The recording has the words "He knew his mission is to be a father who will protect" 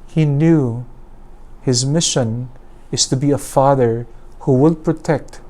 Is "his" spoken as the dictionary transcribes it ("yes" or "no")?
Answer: yes